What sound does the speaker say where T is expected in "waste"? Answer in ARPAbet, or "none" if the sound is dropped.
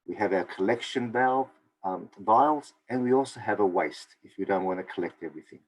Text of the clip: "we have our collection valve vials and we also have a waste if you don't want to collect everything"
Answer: T